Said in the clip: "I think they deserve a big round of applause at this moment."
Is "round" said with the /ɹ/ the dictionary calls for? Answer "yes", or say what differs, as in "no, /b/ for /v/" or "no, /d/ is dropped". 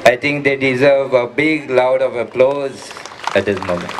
no, /l/ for /ɹ/